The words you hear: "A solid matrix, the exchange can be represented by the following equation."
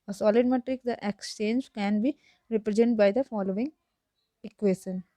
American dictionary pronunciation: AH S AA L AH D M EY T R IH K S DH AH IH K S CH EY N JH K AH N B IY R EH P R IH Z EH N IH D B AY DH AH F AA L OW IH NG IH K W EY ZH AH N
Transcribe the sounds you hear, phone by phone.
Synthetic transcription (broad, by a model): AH S AA L AH D M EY T R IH K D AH IH K S CH EY N JH K AH N B IY R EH P R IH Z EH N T B AY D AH F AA L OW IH NG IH K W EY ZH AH N